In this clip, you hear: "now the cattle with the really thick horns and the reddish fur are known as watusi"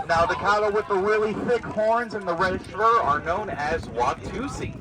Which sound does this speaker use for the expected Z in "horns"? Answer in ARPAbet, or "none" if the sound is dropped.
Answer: Z